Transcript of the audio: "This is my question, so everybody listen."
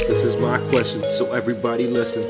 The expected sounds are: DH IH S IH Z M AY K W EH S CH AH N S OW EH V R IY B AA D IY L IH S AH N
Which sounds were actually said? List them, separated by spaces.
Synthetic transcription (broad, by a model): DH IH S IH Z M AY K W EH S CH AH N S OW EH V R IY B AA D IY L IH S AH N